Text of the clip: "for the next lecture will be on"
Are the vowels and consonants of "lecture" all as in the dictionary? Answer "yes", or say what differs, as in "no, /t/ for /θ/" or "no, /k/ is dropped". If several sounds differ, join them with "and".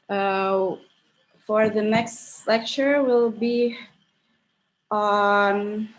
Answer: yes